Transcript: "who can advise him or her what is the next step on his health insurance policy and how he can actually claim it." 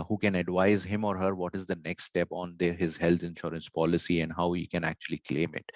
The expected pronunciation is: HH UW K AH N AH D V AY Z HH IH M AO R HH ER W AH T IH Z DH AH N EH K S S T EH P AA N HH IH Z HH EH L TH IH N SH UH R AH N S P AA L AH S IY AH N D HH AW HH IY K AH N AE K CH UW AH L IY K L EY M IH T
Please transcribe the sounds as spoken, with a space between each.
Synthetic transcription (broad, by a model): HH UW K AH N AH D V AY Z HH IH M AO R HH ER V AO T IH Z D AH N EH K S S T EH P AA N HH IH Z HH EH L T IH N SH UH R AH N S P AA L AH S IY AH N D HH AW HH IY K AH N AE K CH UW AH L IY K L EY M IH T